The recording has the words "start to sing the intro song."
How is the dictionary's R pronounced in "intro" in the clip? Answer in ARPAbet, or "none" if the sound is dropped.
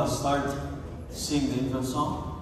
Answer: none